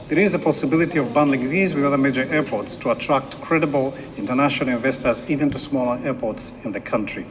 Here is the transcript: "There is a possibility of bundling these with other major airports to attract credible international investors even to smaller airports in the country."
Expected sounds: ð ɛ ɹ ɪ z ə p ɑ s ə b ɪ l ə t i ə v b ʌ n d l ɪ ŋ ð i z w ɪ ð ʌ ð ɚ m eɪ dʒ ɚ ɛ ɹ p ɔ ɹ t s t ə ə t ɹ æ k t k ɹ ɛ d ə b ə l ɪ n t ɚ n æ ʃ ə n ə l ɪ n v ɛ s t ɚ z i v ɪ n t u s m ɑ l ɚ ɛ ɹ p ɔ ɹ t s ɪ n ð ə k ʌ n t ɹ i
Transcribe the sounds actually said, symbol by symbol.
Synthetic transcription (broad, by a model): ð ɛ ɹ ɪ z ə p ɑ s ə b ɪ l ə t i ə v b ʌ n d l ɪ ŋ ð i z w ɪ ð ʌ ð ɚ m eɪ dʒ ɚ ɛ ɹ p ɔ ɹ t s t ə ə t ɹ æ k t k ɹ ɛ d ə b ə l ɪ n t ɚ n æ ʃ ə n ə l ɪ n v ɛ s t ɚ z i v ɪ n t u s m ɑ l ɚ ɛ ɹ p ɔ ɹ t s ɪ n ð ə k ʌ n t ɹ i